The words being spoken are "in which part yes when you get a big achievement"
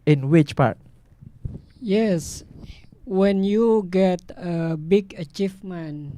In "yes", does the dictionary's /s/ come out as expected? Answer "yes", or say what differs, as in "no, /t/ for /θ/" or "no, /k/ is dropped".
yes